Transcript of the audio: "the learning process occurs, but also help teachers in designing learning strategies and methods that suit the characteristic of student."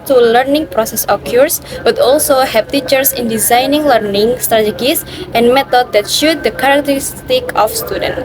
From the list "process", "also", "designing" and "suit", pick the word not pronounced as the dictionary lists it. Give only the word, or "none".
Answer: suit